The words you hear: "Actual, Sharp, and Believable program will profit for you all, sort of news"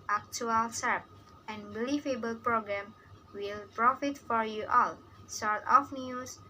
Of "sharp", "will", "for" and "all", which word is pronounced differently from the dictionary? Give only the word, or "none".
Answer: sharp